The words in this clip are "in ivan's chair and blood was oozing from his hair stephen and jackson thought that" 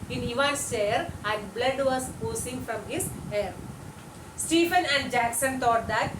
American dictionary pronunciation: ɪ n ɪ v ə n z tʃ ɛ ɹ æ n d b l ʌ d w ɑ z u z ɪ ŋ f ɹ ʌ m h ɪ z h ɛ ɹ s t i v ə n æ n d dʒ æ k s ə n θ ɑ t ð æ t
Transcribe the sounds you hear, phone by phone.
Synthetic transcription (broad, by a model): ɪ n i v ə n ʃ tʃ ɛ ɹ æ n d b l ʌ d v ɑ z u s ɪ ŋ f ɹ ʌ m h ɪ z h ɛ ɹ s t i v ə n æ n d dʒ æ k s ə n t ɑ t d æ t